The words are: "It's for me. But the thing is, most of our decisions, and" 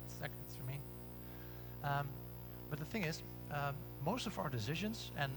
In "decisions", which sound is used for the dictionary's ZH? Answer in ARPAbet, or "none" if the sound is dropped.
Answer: ZH